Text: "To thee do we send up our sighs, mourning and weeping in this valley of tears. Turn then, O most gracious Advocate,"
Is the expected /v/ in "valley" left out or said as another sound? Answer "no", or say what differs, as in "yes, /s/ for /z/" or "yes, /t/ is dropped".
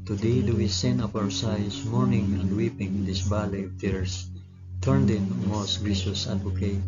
yes, /b/ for /v/